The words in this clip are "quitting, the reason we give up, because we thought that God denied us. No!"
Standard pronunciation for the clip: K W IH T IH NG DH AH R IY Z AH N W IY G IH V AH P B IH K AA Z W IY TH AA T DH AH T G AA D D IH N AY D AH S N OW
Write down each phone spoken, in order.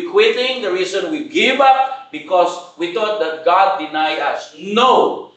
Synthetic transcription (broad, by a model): K W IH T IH NG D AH R IY S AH N W IY G IH V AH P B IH K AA S W IY T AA T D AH T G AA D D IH N AY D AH S N OW